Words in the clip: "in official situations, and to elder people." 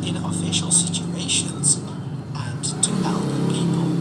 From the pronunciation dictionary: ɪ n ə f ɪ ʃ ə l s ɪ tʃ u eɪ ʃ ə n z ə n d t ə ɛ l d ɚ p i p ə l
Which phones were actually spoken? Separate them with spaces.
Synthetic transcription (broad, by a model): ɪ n ə f ɪ ʃ ə l s ɪ tʃ u eɪ ʃ ə n z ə n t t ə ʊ d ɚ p i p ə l